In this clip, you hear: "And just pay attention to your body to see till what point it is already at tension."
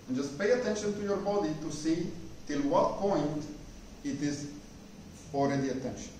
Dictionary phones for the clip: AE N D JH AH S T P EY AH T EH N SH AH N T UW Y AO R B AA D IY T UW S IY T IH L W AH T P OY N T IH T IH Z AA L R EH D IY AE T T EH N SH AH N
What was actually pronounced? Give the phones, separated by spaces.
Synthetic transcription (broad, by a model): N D JH AH S T P EY AH T EH N SH AH N T UW Y AO R B AA D IY T UW S IY T IH L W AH T P OY N T IH T IH Z AA L R EH D IY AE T T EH N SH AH N